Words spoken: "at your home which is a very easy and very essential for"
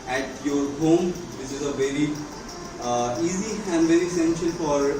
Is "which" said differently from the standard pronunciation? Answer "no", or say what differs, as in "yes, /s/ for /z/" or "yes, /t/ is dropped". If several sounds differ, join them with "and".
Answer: yes, /s/ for /tʃ/